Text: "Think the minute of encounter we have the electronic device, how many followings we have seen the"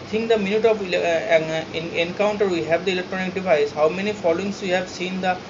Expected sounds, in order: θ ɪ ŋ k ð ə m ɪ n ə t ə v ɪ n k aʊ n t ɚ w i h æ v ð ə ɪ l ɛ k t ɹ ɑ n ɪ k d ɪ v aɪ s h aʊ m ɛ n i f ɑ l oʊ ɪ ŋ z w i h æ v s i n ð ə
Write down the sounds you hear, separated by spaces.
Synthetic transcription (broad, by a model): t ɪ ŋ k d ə m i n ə t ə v ɪ n k aʊ n t ɚ w i h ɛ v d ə ɪ l ɛ k t ɹ ɑ n ɪ k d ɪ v aɪ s h aʊ m ɛ n i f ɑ l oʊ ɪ ŋ s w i h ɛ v s i n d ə